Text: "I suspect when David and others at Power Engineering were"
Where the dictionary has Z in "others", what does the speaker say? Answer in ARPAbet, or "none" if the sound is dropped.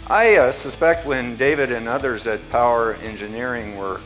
Z